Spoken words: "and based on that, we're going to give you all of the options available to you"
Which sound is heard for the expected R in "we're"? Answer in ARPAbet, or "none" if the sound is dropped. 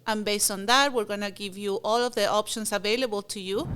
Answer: R